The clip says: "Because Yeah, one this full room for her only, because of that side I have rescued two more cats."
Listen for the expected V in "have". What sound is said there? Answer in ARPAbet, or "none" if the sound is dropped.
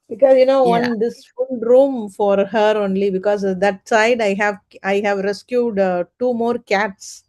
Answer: V